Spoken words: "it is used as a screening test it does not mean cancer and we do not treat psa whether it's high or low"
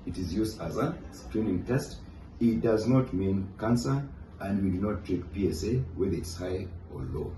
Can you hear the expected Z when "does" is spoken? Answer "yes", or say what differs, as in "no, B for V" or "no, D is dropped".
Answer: yes